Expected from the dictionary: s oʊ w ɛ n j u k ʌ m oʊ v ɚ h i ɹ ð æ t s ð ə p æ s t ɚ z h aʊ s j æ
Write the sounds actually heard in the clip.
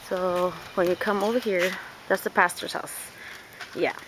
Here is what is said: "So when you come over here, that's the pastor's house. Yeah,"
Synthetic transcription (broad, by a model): s oʊ w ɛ n j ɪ k ʌ m oʊ v ɚ h i ɹ ð æ t s ð ə p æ s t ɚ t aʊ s j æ